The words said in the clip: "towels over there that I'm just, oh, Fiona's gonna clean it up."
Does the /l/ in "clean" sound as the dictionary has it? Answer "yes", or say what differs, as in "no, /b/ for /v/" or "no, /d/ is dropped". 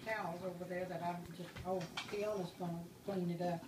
no, /l/ is dropped